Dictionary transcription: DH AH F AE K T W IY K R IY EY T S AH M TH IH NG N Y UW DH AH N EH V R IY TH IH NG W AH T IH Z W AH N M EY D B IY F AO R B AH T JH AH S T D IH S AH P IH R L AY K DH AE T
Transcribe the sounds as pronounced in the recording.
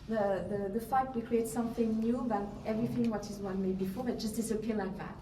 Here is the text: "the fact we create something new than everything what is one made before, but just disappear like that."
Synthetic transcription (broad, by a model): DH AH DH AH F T W IY K R IY EY T S AH M TH IH NG N Y UW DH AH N EH V R IY TH IH NG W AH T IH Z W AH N M EY D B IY F AO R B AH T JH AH S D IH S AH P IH L AY K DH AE T